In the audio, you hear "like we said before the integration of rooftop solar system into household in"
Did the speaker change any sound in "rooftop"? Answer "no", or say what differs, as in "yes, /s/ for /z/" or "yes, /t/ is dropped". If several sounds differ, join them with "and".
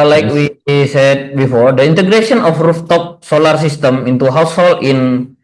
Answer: no